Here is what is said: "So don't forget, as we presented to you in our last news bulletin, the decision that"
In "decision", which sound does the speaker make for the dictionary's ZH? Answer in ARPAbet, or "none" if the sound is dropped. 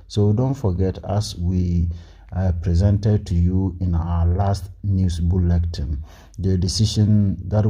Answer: SH